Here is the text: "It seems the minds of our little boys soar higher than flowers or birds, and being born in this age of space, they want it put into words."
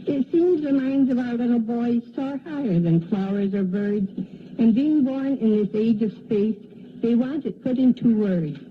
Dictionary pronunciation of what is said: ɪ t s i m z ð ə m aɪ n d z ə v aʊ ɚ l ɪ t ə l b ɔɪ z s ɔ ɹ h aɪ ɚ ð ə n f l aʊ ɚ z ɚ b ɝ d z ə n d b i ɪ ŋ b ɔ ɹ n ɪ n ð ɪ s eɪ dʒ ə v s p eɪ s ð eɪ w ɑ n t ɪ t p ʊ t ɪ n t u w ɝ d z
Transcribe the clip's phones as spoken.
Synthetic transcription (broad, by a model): ɪ t s i m z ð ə m aɪ n d z ə v aʊ ɚ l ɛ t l b ɔɪ z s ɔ ɹ h aɪ ɚ ð ə n f l aʊ ɚ z ɚ b ɝ d z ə n b i ɪ ŋ b ɔ ɹ n ɪ n ð ɪ s eɪ dʒ ə v s p eɪ s ð eɪ w ɑ n t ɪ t p ʊ t ɪ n t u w ɝ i